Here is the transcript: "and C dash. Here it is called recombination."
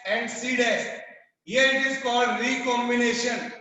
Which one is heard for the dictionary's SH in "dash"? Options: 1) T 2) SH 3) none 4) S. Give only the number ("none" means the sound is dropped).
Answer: 4